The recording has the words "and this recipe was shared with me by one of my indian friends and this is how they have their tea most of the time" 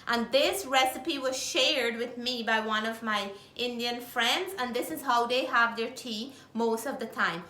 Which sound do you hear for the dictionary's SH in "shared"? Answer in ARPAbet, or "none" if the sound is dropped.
SH